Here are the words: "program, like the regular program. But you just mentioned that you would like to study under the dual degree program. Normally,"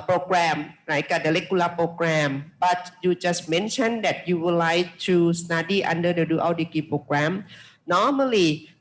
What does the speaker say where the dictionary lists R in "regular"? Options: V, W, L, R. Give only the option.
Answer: L